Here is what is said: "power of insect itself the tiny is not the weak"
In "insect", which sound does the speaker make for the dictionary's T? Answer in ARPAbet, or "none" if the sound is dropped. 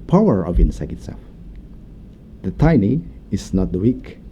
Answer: none